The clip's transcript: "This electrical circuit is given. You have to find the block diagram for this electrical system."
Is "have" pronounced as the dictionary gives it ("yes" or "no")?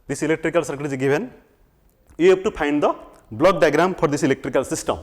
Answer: no